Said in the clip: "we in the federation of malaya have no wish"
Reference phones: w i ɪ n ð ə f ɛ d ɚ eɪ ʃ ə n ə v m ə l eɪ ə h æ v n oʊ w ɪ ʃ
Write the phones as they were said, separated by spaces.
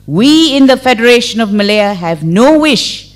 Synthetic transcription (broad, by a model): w i ɪ n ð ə f ɛ d ɚ eɪ ʃ ə n ə v m ə l eɪ ə h æ v n oʊ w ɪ ʃ